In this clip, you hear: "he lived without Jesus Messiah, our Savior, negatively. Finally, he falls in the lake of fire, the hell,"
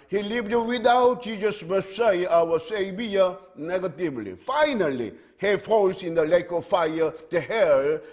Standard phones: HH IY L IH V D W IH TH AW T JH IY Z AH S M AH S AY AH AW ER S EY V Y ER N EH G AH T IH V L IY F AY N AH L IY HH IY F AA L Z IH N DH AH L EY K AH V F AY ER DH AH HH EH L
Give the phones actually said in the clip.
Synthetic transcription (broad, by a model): HH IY L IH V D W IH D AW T SH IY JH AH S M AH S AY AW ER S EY B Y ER N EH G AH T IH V L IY F AY N AH L IY HH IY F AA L S IH N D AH L EY K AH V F AY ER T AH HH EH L